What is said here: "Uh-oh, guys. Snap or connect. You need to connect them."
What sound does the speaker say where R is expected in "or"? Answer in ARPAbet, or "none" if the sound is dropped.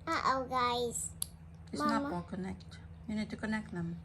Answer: L